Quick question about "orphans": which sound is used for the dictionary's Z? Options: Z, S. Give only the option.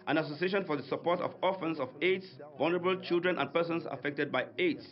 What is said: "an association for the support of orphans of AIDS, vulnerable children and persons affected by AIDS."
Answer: S